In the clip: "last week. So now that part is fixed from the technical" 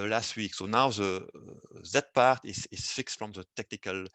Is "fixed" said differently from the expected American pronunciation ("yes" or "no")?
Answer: no